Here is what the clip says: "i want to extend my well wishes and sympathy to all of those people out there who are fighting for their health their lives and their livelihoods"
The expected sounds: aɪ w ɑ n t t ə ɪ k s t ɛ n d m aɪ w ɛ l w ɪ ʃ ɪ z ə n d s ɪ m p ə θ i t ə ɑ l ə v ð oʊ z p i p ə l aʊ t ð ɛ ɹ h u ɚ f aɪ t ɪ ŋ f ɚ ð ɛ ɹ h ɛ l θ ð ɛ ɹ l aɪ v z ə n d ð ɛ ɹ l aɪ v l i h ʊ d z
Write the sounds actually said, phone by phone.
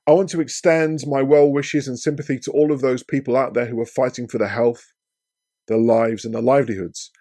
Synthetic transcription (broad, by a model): aɪ w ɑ n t t ə ɪ k s t ɛ n d m aɪ w ɛ l w ɪ ʃ ɪ z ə n s ɪ m p ə θ i t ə ɑ l ə v ð oʊ z p i p ə l aʊ t ð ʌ ɹ h u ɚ f aɪ t ɪ ŋ f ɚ ð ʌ h ɛ l θ ð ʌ l aɪ v z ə n ð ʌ l aɪ v l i h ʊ d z